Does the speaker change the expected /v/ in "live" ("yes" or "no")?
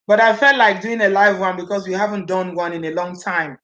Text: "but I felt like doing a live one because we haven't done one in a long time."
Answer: no